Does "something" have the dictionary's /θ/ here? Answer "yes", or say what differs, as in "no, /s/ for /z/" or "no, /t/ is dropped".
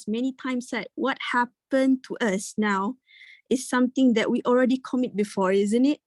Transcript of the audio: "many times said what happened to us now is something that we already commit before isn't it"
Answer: no, /t/ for /θ/